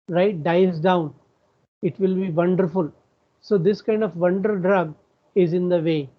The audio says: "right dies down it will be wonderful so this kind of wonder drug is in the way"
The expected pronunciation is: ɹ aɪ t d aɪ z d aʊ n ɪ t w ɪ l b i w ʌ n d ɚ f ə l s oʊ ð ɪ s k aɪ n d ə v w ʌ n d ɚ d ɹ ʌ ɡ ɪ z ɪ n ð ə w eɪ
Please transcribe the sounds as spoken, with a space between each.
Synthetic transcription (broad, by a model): ɹ aɪ t d aɪ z d aʊ n ɪ t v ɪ l b i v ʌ n d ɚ f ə l s oʊ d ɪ s k aɪ n d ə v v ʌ n d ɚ d ɹ ʌ ɡ ɪ z ɪ n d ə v eɪ